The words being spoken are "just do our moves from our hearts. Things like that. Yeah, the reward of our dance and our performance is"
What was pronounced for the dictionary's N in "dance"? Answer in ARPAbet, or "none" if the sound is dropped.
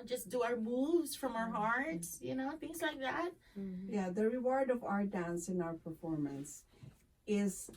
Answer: N